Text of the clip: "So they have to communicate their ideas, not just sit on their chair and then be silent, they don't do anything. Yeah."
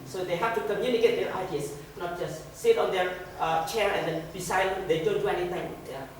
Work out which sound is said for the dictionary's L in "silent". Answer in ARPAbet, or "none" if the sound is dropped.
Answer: none